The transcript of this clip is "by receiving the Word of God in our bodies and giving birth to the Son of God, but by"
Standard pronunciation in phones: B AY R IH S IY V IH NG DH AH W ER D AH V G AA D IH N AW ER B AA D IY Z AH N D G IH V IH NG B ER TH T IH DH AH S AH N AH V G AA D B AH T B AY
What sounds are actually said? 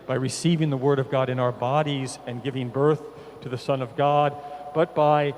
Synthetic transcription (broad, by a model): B AY R IH S IY V IH NG DH AH W ER D AH V G AA D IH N AW ER B AA D IY Z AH N G IH V IH NG B ER TH T IH DH AH S AH N AH V G AA D B AH T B AY